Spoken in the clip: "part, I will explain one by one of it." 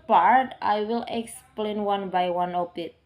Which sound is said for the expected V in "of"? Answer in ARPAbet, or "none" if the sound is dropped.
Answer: P